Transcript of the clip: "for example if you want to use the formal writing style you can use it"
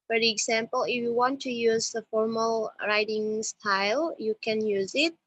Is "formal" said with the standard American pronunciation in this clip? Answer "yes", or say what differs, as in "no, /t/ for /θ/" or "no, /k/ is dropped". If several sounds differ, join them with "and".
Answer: yes